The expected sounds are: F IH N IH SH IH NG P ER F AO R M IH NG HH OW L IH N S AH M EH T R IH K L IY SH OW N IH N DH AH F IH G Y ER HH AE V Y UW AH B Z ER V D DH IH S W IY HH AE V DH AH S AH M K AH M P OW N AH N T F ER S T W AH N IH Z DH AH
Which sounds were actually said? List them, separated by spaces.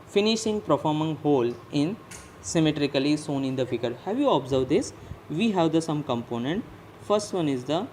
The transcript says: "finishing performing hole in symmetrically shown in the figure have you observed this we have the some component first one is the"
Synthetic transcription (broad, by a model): F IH N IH SH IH NG P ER F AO R M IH NG HH OW L IH N S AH M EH T R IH K L IY S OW N IH N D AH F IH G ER HH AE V Y UW AH B Z ER V D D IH S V IY HH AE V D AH S AH M K AH M P OW N AH N T F ER S T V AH N IH Z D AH